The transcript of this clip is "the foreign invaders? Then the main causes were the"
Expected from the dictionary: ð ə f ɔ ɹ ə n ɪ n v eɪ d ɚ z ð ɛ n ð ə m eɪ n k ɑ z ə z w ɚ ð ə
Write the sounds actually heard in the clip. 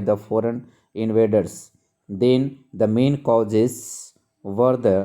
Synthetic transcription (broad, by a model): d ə f ɔ ɹ ə n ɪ n v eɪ d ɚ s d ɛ n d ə m eɪ n k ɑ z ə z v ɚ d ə